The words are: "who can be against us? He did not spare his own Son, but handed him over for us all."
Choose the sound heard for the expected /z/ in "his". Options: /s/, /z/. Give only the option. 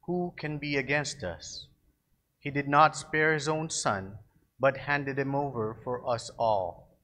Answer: /z/